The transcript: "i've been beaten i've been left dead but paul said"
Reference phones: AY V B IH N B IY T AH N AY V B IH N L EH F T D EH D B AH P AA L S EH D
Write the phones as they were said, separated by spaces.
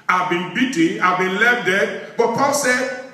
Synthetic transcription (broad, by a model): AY B IH N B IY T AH AY B IH N L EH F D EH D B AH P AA S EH